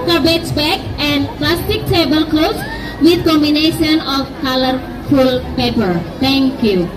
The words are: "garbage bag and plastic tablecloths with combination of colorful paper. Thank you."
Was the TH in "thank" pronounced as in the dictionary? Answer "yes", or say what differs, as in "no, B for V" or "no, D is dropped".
no, T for TH